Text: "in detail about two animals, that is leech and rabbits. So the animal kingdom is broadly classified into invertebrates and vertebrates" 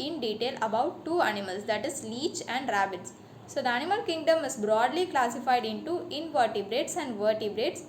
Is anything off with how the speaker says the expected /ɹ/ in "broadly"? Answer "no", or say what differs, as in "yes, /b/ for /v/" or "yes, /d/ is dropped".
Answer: no